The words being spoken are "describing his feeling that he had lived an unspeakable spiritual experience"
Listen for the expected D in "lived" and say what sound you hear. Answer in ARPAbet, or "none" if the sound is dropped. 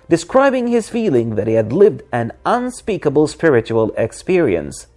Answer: D